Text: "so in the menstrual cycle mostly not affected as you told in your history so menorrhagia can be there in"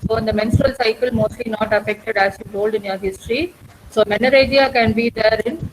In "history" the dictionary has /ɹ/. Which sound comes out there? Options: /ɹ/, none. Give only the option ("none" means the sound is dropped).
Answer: /ɹ/